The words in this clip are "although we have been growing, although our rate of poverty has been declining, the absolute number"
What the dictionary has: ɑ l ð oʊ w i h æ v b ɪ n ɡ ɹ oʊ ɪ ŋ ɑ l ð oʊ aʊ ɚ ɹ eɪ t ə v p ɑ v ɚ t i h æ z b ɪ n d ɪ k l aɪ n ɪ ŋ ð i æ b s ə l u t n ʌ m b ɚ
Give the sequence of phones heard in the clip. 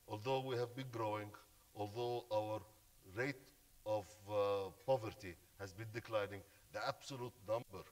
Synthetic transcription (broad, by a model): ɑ l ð oʊ w i h æ v b ɪ n ɡ ɹ oʊ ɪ ŋ ɑ l ð oʊ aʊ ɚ ɹ eɪ t ə v p ɑ v ɚ t i h æ z b ɪ n d ɪ k l aɪ n ɪ ŋ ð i æ b s ə l u t n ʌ m b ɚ